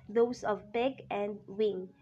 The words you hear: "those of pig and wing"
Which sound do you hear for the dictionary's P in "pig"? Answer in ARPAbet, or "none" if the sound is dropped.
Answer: B